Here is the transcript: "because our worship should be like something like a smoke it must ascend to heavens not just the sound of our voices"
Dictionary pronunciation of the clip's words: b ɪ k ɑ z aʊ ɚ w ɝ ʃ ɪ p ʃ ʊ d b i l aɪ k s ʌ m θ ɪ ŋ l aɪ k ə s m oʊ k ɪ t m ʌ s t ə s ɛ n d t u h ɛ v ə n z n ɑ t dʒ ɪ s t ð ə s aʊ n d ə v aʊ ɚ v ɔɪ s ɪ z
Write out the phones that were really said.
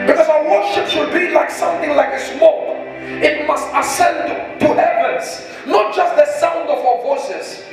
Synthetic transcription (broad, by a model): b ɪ k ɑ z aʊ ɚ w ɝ ʃ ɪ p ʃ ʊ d b i l aɪ k s ʌ m θ ɪ ŋ l aɪ k ə s m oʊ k ɪ t m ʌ s t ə s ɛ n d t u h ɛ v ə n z n ɑ t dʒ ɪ s t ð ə s aʊ n d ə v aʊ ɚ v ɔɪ s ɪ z